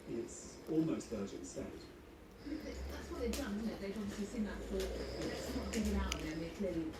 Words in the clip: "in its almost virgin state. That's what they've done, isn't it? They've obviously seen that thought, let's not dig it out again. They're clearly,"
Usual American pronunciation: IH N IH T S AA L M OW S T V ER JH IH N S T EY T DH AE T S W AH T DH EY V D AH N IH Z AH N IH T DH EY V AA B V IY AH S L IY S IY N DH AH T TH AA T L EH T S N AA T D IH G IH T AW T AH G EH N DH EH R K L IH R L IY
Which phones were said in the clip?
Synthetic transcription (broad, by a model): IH IH T S AA L M OW S T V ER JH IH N S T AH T DH AE T S W AH T DH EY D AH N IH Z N IH T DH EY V AA B V IY AH S L IY S IY N DH AH T F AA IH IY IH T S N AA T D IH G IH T AW T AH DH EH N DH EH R K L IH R L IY